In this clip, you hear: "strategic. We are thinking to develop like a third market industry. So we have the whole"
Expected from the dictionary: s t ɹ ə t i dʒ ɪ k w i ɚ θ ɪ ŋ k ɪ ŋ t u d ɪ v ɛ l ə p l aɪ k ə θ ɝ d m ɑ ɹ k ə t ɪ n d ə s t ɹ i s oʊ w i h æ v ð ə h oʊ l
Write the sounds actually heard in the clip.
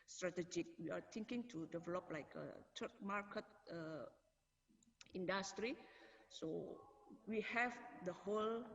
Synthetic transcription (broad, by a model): s t ɹ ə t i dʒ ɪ k w i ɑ t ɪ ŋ k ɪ ŋ t u d ɪ v ɛ l ə p l aɪ k ə t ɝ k m ɑ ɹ k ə t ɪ n d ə s t ɹ i s oʊ w i h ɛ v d ə h oʊ l